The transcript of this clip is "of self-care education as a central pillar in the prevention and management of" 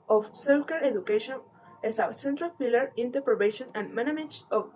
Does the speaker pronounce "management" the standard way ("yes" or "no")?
no